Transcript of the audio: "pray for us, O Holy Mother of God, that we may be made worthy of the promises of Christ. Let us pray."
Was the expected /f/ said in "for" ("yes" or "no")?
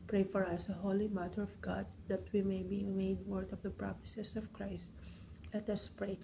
yes